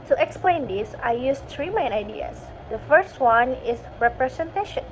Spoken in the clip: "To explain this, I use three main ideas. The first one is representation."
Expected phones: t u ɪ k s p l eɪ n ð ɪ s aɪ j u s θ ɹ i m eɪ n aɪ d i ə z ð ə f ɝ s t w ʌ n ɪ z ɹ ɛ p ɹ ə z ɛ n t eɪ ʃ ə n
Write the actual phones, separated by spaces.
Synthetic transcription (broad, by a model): t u ɪ k s p l eɪ n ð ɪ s aɪ j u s t ɹ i m eɪ n aɪ d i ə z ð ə f ɝ s t w ʌ n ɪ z ɹ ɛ p ɹ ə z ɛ n t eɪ ʃ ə n